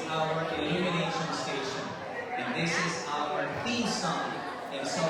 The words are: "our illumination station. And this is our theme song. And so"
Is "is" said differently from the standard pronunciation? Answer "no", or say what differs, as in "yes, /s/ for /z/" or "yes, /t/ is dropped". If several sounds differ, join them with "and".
no